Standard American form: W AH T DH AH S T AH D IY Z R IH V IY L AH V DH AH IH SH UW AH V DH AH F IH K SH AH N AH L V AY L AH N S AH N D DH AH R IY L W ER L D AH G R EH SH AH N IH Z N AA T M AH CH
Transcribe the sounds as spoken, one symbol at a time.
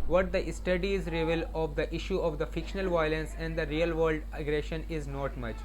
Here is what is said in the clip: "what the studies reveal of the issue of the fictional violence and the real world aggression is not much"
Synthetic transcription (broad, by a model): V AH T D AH S T AH D IY Z R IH V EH L AH V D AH IH SH UW AH V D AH F IH K SH AH N AH L V AY L AH N S AH N D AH R IY L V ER L D AH G R EH SH AH N IH Z N AA T M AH CH